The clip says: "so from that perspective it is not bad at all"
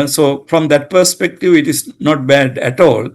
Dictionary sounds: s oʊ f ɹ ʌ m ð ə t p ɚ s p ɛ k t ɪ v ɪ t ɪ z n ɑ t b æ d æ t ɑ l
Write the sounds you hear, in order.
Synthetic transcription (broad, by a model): s oʊ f ɹ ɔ m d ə t p ɚ s p ɛ k t ɪ v ɪ t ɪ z n ɑ t b æ d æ t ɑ l